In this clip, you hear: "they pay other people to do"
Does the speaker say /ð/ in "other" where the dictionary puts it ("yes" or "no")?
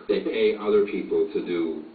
yes